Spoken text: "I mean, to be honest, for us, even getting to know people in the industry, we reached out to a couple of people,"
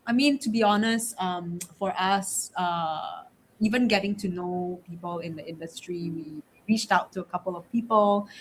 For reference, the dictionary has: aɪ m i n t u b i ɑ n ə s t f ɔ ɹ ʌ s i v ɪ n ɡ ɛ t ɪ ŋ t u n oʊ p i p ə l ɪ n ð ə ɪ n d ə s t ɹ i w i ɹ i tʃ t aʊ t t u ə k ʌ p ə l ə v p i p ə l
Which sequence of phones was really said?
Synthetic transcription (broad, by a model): aɪ m i n t u b i ɑ n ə s t f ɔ ɹ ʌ s i v ɪ n ɡ ɛ t ɪ ŋ t u n oʊ p i p ə l ɪ n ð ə ɪ n d ə s t ɹ i w i ɹ i tʃ t aʊ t t u ə k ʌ p ə l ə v p i p ə l